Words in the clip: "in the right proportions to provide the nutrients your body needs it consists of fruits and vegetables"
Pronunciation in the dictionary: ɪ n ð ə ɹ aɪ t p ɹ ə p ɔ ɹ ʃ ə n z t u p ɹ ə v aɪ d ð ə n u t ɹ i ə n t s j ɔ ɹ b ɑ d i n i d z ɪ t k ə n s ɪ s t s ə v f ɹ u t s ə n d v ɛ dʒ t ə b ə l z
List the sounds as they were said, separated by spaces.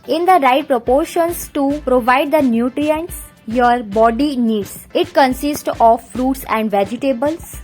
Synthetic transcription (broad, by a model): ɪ n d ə ɹ aɪ t p ɹ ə p ɔ ɹ ʃ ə n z t u p ɹ ə v aɪ d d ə n u t ɹ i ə n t s j ɔ ɹ b ɑ d i n i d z ɪ t k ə n s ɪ s t ə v f ɹ u t s ə n d v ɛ dʒ t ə b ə l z